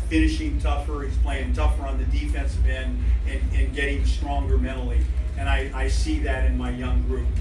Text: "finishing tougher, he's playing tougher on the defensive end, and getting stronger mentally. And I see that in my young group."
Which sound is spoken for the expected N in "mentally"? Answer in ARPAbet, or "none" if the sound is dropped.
none